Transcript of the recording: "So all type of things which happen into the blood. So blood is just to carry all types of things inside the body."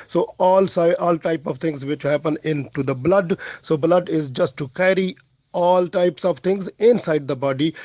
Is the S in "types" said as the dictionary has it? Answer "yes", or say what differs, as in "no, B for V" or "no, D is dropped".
yes